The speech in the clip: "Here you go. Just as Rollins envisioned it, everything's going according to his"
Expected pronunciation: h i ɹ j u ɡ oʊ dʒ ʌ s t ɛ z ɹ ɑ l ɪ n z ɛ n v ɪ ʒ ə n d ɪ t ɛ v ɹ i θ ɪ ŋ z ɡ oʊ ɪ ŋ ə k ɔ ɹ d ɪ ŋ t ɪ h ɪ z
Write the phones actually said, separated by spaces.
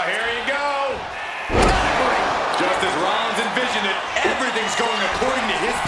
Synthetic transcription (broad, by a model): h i ɹ j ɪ ɡ oʊ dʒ ʌ s t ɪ z ɹ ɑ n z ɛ n v ɪ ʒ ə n ɪ t ɛ v ɹ i θ ɪ ŋ z ɡ oʊ ɪ ŋ ə k ɔ ɹ d ɪ ŋ t ɪ ɪ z